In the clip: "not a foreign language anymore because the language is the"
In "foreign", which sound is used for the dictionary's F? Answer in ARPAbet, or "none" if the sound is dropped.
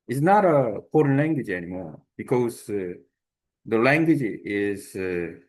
P